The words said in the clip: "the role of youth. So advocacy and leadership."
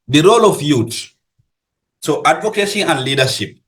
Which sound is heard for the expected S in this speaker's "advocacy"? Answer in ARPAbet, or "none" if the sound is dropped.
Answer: SH